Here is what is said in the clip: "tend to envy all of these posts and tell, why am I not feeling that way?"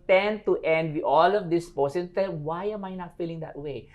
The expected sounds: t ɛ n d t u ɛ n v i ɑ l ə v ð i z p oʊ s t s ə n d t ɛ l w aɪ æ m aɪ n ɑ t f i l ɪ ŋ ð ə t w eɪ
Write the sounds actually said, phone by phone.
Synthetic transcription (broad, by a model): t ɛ n t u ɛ n w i ɑ l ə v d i s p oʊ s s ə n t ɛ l w aɪ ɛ m aɪ n ɑ t f i l ɪ ŋ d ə t w eɪ